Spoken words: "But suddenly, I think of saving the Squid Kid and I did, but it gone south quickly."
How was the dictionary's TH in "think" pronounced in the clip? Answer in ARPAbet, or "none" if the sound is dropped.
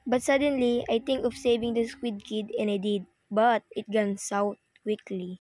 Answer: T